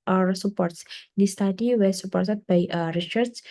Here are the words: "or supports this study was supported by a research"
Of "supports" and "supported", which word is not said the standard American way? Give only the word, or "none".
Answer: supported